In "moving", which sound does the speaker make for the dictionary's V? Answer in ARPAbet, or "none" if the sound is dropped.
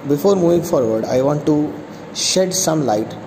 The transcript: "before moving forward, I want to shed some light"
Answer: V